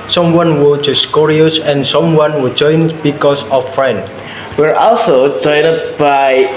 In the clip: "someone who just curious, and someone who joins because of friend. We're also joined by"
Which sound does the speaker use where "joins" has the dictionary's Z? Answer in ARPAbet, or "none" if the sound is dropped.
none